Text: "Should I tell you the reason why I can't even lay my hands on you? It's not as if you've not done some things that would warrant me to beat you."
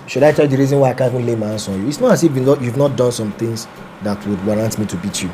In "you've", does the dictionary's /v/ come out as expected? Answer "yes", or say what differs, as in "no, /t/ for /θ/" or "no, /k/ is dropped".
yes